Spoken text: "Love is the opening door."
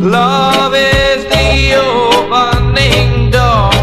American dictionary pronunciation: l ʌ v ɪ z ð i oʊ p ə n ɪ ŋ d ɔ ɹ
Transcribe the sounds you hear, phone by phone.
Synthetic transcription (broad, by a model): l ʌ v ɪ z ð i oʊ b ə n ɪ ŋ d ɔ